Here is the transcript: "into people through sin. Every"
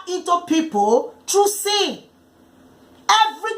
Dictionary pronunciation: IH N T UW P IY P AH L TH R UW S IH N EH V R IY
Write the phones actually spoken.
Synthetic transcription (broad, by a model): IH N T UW P IY P AH L T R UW S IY EH V R IY